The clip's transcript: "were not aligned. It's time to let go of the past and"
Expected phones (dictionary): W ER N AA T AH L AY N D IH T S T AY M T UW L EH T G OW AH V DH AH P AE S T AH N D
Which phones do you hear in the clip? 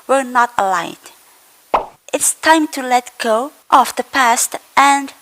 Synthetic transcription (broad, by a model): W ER N AA T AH L AY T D IH T S T AY M T UW L EH T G OW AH F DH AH P AE S T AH N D